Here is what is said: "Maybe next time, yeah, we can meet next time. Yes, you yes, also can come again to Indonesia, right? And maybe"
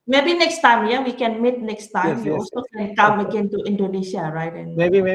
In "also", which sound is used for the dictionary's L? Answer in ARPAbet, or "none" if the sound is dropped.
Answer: none